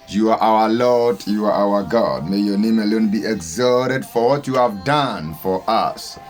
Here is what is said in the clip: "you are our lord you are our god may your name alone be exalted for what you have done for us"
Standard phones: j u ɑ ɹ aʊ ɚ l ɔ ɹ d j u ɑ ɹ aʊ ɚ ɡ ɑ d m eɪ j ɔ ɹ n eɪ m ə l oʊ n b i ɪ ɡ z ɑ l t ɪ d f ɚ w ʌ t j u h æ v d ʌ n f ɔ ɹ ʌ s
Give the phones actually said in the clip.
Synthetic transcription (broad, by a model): j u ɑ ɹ aʊ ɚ l ɔ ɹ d j u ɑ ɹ aʊ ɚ ɡ ɑ d m eɪ j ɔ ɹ n eɪ m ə l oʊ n b i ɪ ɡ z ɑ t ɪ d f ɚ w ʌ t j u h æ v d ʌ n f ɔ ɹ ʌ s